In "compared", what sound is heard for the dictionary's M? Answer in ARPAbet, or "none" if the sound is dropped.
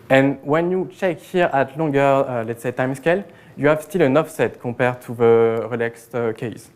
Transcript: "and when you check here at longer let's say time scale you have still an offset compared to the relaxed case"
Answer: none